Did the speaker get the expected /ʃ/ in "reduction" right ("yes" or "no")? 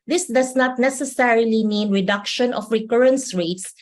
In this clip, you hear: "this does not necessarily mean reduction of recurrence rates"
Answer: yes